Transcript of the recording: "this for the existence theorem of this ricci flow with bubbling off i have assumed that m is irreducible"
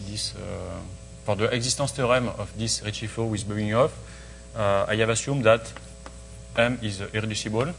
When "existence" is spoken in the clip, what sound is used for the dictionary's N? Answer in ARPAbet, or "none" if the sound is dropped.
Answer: none